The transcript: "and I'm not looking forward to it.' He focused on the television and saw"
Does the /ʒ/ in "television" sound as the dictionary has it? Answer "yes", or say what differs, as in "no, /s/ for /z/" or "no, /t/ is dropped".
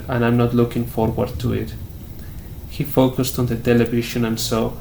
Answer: no, /ʃ/ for /ʒ/